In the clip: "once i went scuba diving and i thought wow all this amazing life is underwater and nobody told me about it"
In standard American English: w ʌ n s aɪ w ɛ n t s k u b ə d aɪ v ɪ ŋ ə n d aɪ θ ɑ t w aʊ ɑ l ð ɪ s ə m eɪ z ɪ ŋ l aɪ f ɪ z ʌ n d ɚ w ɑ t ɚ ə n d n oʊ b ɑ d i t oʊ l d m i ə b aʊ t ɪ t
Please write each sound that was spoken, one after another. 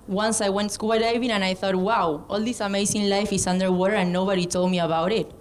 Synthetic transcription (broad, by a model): w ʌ n s aɪ w ɛ n t s k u ə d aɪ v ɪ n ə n aɪ θ ɑ t w aʊ ɑ l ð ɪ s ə m eɪ s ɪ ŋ l aɪ f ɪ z ʌ n d ɚ w ɑ t ɚ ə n n oʊ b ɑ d i t oʊ l d m i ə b aʊ t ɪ t